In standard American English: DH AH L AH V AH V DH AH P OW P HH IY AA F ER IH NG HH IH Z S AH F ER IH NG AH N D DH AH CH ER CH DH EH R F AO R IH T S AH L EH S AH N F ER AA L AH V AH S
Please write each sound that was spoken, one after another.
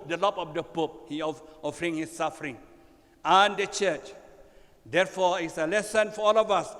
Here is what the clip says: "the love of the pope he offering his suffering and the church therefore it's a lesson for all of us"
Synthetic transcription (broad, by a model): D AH L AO P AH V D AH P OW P HH IY AA F ER IH NG HH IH S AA F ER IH NG AH N D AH CH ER CH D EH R F AO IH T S AH L EH S AH N F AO AA L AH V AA S